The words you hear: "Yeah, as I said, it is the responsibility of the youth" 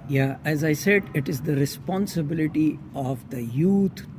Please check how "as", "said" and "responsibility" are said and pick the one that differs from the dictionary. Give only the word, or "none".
none